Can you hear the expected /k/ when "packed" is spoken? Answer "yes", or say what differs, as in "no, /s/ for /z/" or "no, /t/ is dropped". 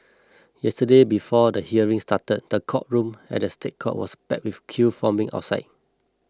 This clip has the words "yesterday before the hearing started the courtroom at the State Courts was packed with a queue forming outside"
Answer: no, /k/ is dropped